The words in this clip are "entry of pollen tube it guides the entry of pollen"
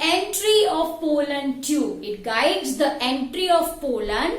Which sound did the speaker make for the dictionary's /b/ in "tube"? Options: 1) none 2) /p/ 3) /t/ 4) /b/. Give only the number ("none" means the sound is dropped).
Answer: 1